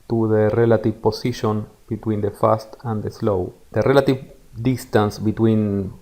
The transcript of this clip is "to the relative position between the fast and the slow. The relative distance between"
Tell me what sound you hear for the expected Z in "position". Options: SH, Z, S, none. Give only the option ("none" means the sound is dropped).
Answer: S